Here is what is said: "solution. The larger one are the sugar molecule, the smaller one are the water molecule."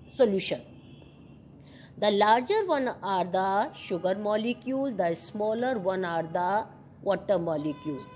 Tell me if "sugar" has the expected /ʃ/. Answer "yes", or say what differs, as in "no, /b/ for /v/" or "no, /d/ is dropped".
yes